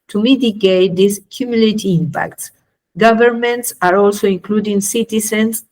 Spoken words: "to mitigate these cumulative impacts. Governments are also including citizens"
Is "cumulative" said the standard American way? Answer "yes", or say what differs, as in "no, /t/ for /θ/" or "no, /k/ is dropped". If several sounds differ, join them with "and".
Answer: no, /v/ is dropped